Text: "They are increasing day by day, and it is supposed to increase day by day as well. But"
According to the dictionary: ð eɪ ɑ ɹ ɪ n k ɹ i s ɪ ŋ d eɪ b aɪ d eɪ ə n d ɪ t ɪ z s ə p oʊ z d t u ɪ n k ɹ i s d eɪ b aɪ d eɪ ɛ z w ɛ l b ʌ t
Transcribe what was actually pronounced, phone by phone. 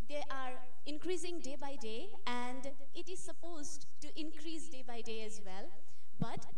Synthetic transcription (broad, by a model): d eɪ ɑ ɹ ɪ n k ɹ i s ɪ ŋ d eɪ b aɪ d eɪ ə n d ɪ t ɪ z s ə p oʊ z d t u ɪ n k ɹ i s d eɪ b aɪ d eɪ ɛ z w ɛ l b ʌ t